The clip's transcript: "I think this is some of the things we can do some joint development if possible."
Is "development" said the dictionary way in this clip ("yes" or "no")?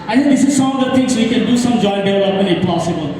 no